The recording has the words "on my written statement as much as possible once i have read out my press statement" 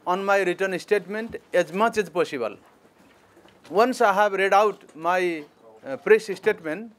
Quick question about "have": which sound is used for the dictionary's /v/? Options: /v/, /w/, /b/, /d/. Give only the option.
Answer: /b/